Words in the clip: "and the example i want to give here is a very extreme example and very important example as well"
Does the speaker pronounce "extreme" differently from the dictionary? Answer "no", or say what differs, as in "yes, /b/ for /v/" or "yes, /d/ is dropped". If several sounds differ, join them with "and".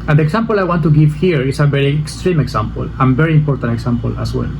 no